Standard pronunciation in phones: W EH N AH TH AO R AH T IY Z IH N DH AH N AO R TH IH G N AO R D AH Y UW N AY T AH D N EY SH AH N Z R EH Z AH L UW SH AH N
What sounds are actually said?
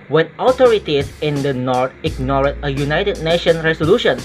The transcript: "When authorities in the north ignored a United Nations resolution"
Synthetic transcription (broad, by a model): W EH N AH T AO R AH T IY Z IH N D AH N AO R T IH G N AO R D AH Y UW N AY T AH D N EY SH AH N R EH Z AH L UW SH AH N